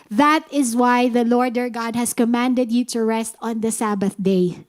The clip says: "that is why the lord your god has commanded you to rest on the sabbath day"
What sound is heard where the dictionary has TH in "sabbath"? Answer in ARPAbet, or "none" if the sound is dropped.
TH